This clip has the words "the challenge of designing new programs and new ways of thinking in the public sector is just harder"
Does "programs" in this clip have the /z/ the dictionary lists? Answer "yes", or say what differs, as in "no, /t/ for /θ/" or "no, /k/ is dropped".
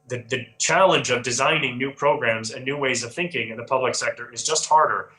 yes